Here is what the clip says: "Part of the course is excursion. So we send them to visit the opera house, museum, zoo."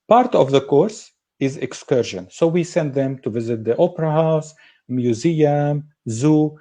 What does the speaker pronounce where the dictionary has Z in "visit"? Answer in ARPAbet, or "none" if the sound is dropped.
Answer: Z